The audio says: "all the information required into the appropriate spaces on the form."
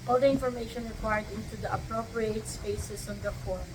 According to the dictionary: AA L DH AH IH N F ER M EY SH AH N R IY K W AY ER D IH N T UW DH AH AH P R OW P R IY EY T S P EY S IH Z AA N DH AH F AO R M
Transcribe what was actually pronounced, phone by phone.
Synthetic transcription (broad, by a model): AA L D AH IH N F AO M EY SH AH N R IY K W AY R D IH N T UW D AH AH P R OW P R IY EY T S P EY S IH S AA N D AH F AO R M